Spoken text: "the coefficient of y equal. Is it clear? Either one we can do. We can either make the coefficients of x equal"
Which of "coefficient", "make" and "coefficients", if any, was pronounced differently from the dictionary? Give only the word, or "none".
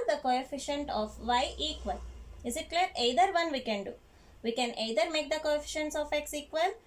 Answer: none